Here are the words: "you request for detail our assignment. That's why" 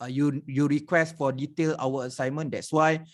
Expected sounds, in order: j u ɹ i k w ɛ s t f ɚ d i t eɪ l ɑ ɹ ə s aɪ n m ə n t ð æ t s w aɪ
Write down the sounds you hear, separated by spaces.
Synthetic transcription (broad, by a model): j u ɹ i k w ɛ s t f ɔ d i t eɪ l ɑ w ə s aɪ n m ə n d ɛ t s w aɪ